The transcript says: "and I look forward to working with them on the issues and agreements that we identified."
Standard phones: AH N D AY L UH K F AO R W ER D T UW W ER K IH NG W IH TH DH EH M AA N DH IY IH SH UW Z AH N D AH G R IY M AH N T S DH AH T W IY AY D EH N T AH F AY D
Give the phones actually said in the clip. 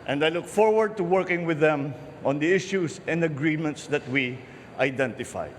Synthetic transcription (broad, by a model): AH N D AY L UH K F AO R W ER D T UW W ER K IH NG W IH DH EH M AA N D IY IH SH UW S AH N D AH G R IY M AH N T S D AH T W IY AY D EH N T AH F AY